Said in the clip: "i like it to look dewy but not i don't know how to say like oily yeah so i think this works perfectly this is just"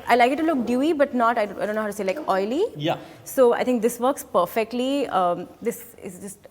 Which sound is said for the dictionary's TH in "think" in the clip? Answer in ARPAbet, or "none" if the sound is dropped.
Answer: T